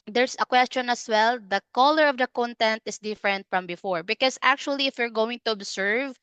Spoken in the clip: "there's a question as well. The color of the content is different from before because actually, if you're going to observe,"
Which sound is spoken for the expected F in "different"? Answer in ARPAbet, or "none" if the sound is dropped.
F